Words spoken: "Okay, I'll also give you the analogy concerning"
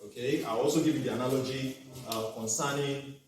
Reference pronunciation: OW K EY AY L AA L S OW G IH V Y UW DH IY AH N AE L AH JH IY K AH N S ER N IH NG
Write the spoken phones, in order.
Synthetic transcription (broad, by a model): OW K EY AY W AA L S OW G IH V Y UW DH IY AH N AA L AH JH IY K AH N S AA N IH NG